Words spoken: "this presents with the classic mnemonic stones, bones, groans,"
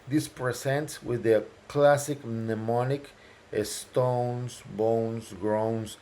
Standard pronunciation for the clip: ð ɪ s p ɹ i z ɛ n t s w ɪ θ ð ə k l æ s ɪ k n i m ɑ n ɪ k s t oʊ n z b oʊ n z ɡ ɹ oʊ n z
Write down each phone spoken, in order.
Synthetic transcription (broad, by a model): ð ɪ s p ɹ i s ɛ n t s w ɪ ð ə k l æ s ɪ k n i m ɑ n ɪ k s t oʊ n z b oʊ n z ɡ ɹ oʊ n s